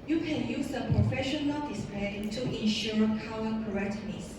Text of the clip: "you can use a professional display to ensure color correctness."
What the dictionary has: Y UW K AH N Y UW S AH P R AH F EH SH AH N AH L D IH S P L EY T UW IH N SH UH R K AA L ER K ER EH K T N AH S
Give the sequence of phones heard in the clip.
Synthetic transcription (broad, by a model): Y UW K AH N Y UW S AH P R AH F EH SH AH N AH L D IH S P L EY T UW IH N SH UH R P AA W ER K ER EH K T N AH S